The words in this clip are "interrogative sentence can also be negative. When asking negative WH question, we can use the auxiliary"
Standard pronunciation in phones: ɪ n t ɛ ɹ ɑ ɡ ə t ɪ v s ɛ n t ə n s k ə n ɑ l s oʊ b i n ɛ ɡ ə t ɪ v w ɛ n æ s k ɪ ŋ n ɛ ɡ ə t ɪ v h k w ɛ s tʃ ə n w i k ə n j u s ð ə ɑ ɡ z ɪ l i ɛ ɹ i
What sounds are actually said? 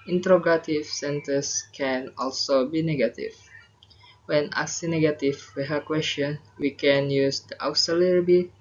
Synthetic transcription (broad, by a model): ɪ n t ɹ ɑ ɡ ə t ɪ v s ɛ n t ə s k ə n ɑ l s oʊ b i n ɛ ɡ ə t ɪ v w ɛ n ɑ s ɪ n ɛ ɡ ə t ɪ w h k w ɛ s tʃ ə n w i k ə n j u s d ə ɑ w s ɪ l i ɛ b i